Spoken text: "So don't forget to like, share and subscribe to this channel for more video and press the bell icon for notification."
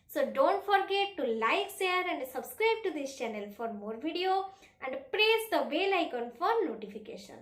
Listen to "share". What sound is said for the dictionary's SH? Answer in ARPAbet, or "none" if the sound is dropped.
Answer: S